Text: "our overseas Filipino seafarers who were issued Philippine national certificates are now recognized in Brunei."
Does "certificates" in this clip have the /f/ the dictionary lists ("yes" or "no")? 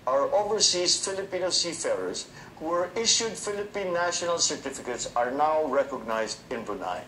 yes